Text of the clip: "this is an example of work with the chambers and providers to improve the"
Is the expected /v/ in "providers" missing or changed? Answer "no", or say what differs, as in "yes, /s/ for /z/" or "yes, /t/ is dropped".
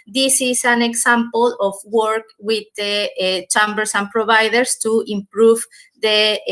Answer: yes, /b/ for /v/